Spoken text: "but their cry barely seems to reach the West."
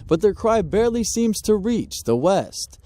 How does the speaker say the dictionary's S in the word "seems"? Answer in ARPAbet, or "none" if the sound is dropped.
S